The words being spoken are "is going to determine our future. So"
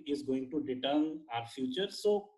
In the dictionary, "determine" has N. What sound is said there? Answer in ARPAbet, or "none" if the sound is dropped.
none